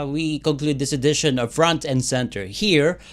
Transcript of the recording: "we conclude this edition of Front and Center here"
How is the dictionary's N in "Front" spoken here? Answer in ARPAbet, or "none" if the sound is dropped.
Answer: N